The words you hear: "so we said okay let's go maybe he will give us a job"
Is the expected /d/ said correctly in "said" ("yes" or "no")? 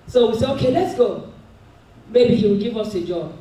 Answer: no